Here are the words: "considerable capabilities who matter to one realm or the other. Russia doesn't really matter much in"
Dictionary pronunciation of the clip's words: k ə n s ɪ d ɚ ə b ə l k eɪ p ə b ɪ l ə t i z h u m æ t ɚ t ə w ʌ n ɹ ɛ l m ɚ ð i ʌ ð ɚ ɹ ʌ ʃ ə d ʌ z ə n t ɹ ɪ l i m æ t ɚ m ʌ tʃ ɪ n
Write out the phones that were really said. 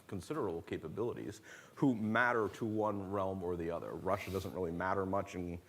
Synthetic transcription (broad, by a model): k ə n s ɪ d ɚ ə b l k eɪ p ə b ɪ l ə t i z h u m æ t ɚ t ə w ʌ n ɹ ɛ l m ɚ ð i ʌ ð ɚ ɹ ʌ ʃ ə d ʌ z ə n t ɹ ɪ l i m æ t ɚ m ʌ tʃ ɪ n